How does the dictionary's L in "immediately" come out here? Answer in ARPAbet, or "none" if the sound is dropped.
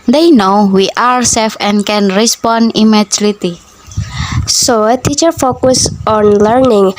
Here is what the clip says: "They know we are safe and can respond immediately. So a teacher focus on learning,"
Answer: none